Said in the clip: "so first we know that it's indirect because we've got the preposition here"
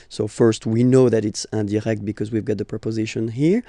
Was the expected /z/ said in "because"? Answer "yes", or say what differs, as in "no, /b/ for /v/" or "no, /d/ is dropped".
yes